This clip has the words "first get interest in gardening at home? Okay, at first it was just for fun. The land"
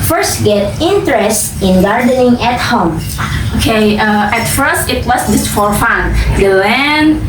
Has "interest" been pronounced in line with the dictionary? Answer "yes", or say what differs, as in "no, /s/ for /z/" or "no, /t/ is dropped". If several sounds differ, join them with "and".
yes